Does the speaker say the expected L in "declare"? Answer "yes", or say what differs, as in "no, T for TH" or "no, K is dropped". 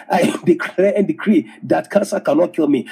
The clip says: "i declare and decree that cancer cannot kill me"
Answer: no, L is dropped